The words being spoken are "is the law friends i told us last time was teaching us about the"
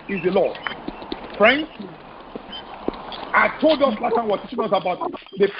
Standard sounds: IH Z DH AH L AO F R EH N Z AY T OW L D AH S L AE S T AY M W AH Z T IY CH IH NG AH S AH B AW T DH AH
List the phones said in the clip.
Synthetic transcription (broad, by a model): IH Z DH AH L AO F R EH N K AY T OW L D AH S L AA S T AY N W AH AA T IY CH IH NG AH S AH B AW T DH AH